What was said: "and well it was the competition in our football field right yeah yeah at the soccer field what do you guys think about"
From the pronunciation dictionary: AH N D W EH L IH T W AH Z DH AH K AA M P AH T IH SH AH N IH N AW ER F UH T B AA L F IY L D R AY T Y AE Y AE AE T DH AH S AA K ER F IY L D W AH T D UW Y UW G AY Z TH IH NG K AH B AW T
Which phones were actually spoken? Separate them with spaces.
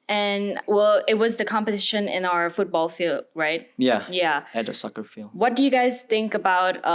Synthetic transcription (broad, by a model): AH N W EH L IH T W AH Z DH AH K AA M P AH T IH SH AH N IH N AW ER F UH T B AA L F IY L D R AY T Y AE Y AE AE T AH S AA K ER F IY L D W AH T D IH Y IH G AY Z TH IH NG K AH B AW T